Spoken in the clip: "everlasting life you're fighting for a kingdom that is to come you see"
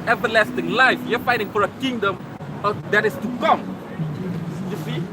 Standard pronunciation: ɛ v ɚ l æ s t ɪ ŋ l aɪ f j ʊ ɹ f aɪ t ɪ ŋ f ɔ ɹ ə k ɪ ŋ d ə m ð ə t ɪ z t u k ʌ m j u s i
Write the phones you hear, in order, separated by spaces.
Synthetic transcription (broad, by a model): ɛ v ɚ l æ s t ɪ ŋ l aɪ f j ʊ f aɪ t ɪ ŋ f ɔ ɹ ə k ɪ ŋ d ə m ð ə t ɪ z t u k ʌ m j u s i